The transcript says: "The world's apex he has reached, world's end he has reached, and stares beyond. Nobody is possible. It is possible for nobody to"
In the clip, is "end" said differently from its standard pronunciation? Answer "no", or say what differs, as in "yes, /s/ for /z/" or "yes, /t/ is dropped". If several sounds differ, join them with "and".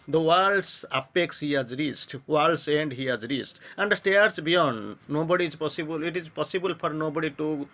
no